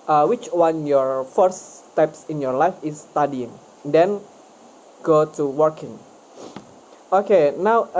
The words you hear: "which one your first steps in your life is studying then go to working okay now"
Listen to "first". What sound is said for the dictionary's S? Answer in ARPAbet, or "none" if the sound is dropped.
none